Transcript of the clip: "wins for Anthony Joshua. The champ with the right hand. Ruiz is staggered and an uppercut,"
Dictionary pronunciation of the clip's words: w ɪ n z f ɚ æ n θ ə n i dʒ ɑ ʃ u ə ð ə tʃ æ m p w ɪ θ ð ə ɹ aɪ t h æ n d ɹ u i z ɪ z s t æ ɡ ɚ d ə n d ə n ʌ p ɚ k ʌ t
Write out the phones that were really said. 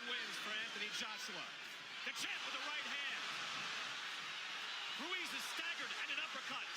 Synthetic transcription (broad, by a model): w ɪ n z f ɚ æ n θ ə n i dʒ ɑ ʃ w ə ð ə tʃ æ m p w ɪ ð ə ɹ aɪ t h æ n d ɹ u i z ɪ z s t æ ɡ ɚ d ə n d ə n ʌ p ɚ k ʌ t